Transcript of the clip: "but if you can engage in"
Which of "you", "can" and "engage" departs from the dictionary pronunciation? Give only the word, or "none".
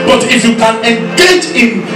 engage